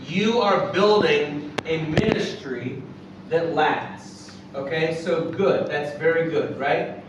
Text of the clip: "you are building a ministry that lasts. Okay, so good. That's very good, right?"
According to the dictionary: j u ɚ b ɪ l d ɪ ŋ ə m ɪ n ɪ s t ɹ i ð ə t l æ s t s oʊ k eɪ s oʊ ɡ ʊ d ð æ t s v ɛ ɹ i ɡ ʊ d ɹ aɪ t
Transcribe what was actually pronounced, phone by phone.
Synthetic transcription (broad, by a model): j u ɚ b ɪ l d ɪ ŋ ə m ɪ n ɪ s t ɹ i ð ə t l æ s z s oʊ k eɪ s oʊ ɡ ʊ d ð æ t s v ɛ ɹ i ɡ ʊ d ɹ aɪ t